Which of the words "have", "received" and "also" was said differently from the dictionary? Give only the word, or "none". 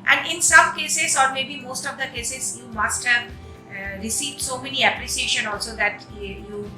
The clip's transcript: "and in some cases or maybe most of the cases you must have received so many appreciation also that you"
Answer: none